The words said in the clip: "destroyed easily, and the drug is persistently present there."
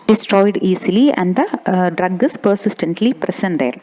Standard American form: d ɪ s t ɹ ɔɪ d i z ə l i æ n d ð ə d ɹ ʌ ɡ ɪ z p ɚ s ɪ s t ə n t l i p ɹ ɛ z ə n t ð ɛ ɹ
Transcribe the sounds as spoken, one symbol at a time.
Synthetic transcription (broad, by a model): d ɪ s t ɹ ɔɪ d i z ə l i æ n d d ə d ɹ ʌ ɡ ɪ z p ɚ s ɪ s t ə n t l i p ɹ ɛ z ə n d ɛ ɹ